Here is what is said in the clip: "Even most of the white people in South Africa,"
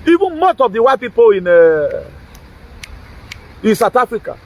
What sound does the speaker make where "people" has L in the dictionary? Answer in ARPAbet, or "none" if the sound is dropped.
N